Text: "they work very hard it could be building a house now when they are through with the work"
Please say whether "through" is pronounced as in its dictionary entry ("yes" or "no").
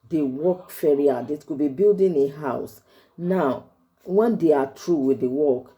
no